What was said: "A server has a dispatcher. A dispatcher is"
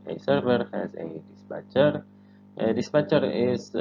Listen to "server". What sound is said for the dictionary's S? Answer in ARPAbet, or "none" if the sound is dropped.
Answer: S